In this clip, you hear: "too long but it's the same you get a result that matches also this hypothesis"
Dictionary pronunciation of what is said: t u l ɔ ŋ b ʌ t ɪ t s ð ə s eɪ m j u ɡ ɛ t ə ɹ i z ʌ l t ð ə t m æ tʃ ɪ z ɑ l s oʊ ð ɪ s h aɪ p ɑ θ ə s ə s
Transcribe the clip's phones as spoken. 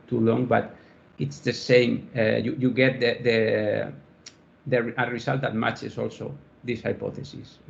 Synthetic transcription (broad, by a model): t u l ɔ ŋ b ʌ t ɪ t s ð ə s eɪ m j u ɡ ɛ t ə ɹ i s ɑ l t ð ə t m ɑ tʃ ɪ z ɑ l s oʊ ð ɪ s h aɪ p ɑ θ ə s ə s